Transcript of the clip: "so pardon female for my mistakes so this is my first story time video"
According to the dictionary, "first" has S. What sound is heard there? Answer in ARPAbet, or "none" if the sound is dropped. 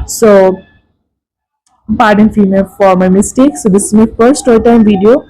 none